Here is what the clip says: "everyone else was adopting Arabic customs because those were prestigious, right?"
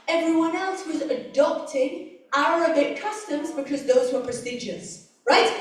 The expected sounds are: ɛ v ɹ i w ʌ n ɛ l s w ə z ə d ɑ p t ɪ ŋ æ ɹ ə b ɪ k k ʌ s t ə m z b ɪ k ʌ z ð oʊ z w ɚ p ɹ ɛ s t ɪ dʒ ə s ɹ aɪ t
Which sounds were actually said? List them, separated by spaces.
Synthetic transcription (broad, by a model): ɛ v ɹ i w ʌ n ɛ l s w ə z ə d ɑ p t ɪ ŋ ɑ ɹ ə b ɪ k k ʌ s t ə m z b ɪ k ʌ z ð oʊ z w ɚ p ɹ ɛ s t ɪ dʒ ə s ɹ aɪ t